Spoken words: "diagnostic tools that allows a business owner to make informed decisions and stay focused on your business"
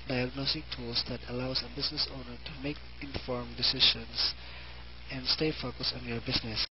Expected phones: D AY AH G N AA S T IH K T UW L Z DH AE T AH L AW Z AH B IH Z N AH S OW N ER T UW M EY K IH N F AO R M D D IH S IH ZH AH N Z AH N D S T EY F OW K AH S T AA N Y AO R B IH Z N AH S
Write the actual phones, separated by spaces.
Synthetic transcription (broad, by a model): D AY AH G N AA S T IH K T UW L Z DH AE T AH L AW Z AH B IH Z N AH S OW N ER T UW M EY K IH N F AO R M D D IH S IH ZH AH N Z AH N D S T EY F OW K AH S AA N Y AO R B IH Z N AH S